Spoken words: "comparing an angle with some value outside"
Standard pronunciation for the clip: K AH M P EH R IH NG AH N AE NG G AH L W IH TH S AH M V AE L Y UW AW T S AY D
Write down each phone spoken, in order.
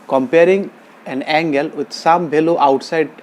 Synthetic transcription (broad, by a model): K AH M P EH R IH NG AH N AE NG G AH L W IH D S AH M B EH L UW AW T S AY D